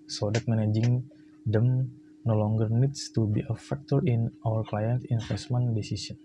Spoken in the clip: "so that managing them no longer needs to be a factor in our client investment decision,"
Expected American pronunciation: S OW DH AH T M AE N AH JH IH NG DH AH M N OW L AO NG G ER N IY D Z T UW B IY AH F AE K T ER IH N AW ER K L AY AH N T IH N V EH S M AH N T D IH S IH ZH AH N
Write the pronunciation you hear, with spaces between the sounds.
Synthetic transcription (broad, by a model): S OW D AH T M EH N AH JH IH NG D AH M N OW L AO NG G ER N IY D S T UW B IY AH F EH K T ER IH N AW ER K L AY AH N T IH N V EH S M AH N D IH S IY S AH N